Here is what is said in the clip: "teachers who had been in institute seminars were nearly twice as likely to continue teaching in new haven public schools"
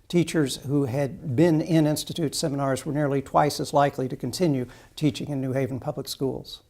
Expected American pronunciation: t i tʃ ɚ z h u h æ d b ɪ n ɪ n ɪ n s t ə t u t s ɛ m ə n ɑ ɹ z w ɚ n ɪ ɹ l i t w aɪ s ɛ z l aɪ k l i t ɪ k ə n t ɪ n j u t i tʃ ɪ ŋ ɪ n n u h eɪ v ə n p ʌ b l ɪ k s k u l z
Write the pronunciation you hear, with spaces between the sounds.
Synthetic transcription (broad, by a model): t i tʃ ɚ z h u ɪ d b ɪ n ɪ n ɪ n s t ə t u t s ɛ m ə n ɑ ɹ z w ɚ n ɪ ɹ l i t w aɪ s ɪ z l aɪ k l i t ɪ k ə n t ɪ n j u t i tʃ ɪ ŋ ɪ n n u h eɪ v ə n p ʌ b l ɪ k s k u l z